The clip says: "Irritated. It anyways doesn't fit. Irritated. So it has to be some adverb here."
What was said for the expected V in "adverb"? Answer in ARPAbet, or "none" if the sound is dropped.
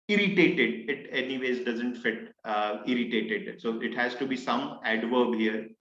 V